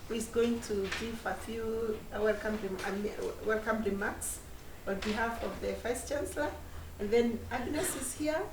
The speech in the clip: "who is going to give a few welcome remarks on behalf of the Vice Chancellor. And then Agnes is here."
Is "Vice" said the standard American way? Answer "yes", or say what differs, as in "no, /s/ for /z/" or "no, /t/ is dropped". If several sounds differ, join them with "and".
no, /f/ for /v/